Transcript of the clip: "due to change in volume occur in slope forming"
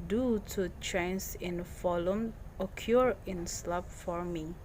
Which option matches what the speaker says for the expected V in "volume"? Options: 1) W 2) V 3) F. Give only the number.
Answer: 3